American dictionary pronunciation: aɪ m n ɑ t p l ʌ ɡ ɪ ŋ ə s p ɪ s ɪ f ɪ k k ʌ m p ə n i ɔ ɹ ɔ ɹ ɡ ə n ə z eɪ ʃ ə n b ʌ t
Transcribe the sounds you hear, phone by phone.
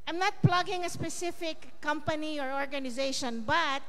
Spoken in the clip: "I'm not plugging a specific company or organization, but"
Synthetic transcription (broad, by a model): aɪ m n ɑ t p l ʌ ɡ ɪ ŋ ə s p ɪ s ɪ f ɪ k k ʌ m p ə n i ɔ ɹ ɔ ɹ ɡ ə n ə z eɪ ʃ ə n b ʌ t